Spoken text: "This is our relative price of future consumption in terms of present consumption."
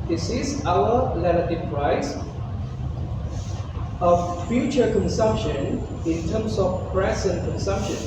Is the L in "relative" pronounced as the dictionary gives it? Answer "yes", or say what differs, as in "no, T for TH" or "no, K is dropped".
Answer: no, N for L